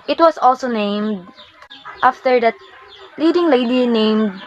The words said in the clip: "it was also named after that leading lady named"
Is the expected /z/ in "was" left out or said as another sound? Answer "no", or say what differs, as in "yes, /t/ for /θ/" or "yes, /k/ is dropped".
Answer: yes, /s/ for /z/